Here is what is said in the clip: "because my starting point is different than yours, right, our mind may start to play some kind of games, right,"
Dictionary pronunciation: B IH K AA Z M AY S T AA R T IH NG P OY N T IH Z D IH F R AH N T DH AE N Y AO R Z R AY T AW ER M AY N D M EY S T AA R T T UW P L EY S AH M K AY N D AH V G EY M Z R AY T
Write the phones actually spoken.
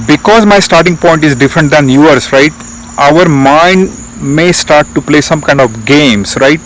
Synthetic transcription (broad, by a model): B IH K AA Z M AY S T AA R T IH NG P OY N T IH Z D IH F R AH N T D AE N Y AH R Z R AY T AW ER M AY N D M EY S T AA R T T UW P L EY S AH M K AY N D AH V G EY M S R AY T